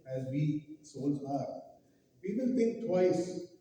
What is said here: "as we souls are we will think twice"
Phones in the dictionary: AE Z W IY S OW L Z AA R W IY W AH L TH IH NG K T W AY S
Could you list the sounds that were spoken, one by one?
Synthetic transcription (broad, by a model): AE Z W IY S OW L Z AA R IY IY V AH N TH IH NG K T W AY S